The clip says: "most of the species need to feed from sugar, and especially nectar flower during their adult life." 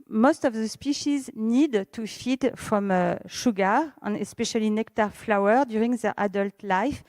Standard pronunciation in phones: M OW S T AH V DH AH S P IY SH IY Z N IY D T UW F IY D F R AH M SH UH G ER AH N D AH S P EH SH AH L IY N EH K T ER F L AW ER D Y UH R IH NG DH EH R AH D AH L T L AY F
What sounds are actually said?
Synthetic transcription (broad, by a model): M OW S T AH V DH AH S P IY SH IY Z N IY D T UW F IY D F R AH M SH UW G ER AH N AH S P EH SH AH L IY N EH K T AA F L AW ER D Y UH R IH NG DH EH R AH D AH L T L AY F